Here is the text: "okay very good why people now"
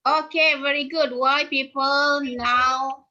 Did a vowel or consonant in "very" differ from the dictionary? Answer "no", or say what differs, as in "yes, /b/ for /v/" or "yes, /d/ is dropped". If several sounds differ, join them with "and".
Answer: no